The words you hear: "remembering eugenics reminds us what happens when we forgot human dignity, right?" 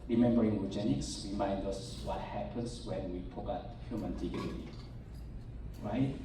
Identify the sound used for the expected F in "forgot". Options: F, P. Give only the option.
P